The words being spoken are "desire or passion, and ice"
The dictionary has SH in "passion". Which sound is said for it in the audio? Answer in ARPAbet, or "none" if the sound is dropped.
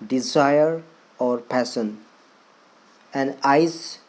S